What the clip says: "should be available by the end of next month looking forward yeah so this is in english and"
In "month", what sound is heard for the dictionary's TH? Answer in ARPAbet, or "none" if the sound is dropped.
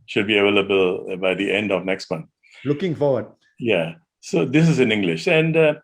T